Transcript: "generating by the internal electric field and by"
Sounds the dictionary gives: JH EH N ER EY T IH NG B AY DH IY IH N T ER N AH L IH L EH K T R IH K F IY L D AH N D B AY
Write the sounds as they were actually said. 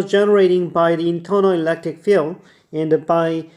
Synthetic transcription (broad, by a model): JH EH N ER EY T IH NG B AY DH IY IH N T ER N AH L IH L EH K T R IH K F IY L AH N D B AY